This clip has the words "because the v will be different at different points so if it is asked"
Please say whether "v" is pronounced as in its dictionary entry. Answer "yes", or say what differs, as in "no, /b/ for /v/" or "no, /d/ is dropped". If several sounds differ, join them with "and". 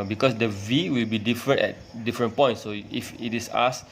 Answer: yes